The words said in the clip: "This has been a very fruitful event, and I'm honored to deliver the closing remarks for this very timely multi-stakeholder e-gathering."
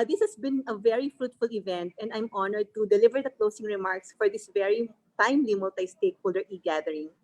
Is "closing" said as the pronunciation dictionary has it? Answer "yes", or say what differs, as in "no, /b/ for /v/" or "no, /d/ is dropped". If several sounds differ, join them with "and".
no, /s/ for /z/